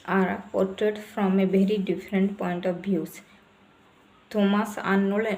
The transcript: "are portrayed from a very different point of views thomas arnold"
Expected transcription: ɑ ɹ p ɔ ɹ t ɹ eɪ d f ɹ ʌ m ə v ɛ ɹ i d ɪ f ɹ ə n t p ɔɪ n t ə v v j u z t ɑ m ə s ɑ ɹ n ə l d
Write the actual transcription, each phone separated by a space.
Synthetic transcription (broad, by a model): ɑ ɹ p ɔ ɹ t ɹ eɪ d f ɹ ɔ m ə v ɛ ɹ i d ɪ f ɹ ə n t p ɔɪ n t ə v b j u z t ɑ m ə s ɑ n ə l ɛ